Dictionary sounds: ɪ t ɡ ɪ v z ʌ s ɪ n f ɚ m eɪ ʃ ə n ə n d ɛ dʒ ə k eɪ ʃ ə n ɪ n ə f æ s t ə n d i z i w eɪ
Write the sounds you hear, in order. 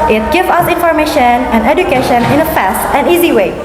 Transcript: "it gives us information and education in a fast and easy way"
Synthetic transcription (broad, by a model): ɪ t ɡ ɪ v ʌ s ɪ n f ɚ m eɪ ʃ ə n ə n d ɛ dʒ ə k eɪ ʃ ə n ɪ n ə f æ s t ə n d i z i w eɪ